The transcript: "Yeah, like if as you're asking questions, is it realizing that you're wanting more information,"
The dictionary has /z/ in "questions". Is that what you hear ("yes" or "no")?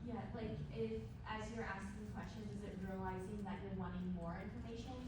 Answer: yes